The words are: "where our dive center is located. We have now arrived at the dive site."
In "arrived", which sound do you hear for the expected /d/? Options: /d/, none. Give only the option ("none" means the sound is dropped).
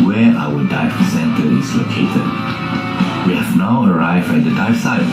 none